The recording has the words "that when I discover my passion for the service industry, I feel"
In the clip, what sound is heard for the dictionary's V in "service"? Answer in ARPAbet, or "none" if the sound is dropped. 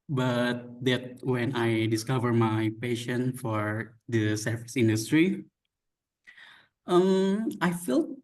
F